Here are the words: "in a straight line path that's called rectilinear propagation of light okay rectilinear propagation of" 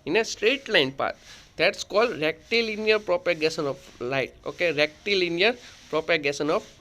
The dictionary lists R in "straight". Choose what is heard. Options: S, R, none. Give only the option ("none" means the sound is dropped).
R